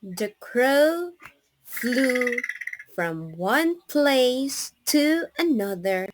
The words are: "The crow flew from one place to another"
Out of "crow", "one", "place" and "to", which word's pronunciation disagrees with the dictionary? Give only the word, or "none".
none